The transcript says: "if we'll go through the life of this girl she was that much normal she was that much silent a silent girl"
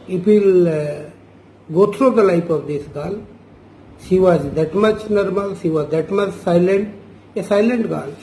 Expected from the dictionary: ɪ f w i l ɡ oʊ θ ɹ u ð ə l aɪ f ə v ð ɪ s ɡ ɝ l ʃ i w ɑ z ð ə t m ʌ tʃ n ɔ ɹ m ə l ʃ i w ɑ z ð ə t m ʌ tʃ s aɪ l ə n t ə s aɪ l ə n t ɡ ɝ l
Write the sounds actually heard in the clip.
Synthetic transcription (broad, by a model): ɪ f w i l ɡ oʊ t ɹ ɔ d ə l aɪ p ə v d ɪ s ɡ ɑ l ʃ i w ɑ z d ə t m ʌ tʃ n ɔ ɹ m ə l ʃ i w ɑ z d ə t m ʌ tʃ s aɪ l ə n t ə s aɪ l ə n t ɡ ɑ l